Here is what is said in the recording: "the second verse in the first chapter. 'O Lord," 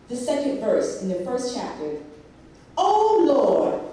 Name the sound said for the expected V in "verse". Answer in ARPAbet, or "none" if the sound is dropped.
V